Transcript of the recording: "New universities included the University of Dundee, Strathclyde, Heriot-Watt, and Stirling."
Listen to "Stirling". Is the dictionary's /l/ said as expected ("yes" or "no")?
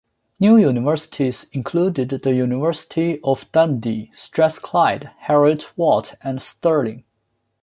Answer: yes